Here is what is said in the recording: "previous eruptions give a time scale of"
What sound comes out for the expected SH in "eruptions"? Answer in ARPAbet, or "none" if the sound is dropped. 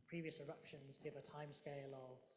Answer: SH